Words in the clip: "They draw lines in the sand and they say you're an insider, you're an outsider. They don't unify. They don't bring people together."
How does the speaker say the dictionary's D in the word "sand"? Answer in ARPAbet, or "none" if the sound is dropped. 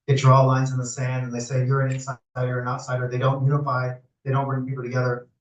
D